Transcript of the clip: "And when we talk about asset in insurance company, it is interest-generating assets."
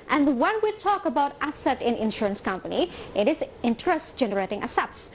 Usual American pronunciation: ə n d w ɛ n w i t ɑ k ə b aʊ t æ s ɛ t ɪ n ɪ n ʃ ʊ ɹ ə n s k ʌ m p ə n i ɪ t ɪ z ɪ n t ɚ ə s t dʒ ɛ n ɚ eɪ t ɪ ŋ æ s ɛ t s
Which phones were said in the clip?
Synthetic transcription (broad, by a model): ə n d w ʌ n w i t ɑ k ə b aʊ t æ s ɛ t ɪ n ɪ n ʃ ʊ ɹ ə n s k ʌ m p ə n i ɪ t ɪ z ɪ n t ɚ ə s t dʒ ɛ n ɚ eɪ t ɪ ŋ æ s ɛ t s